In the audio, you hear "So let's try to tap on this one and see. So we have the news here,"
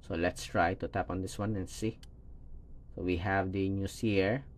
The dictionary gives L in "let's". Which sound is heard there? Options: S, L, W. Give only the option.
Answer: L